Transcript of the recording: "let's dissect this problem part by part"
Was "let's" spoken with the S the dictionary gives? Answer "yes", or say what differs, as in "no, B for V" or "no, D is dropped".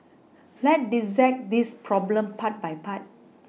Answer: no, S is dropped